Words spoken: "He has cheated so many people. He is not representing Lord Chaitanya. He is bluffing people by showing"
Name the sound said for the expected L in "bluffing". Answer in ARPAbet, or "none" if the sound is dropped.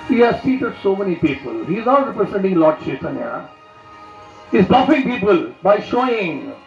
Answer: none